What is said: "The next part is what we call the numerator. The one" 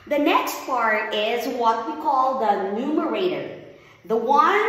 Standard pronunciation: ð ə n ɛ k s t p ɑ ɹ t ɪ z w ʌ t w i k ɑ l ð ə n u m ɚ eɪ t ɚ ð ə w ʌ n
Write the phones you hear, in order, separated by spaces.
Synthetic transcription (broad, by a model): ð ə n ɛ k s t p ɑ ɹ t ɪ z w ʌ t w i k ɑ l ð ə n u m ɚ eɪ t ɚ ð ə w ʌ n